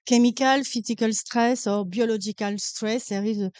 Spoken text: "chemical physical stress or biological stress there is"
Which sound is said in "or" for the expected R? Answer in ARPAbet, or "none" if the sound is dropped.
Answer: R